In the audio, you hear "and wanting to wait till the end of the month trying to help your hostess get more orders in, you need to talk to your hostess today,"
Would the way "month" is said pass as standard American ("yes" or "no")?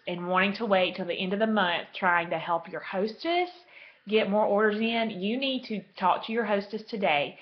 yes